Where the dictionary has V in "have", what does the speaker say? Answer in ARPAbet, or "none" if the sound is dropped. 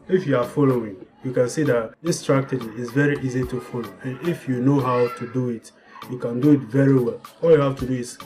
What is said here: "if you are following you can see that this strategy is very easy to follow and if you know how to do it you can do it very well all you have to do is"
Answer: F